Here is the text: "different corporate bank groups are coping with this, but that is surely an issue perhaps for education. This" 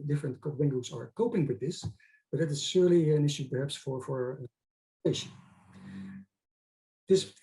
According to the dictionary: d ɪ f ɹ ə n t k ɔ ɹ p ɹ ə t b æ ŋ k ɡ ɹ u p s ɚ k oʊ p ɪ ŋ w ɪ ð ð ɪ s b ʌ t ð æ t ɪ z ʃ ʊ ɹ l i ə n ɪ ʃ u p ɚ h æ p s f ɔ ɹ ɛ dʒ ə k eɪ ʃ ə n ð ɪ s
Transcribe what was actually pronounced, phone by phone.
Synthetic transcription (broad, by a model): d ɪ f ɹ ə n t k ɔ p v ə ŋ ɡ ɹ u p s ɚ k oʊ p ɪ ŋ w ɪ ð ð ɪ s b ʌ t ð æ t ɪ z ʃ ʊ ɹ l i ə n ɪ ʃ u p ɚ h æ p s f ɔ ɹ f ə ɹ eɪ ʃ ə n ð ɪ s